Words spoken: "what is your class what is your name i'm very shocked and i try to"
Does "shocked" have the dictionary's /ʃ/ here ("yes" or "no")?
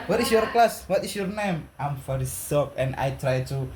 no